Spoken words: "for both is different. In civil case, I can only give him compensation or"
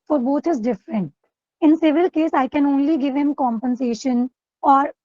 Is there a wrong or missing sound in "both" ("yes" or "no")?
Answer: yes